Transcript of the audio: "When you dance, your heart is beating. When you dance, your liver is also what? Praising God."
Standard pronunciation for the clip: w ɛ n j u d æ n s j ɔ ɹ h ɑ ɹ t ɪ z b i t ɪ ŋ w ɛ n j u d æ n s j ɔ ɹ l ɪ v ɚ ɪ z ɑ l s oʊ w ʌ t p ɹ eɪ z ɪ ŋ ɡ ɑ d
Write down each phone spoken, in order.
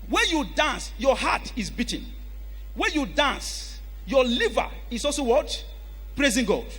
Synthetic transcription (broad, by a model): w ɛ n j u d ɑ n s j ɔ h ɑ t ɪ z b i t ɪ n w ɛ n j u d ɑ n s j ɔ l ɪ v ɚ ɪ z ɑ l s oʊ w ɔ t p ɹ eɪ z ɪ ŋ ɡ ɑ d